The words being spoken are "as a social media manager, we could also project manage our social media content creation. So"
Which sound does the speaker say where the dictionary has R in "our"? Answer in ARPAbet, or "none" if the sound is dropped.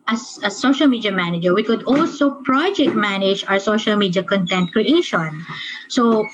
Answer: W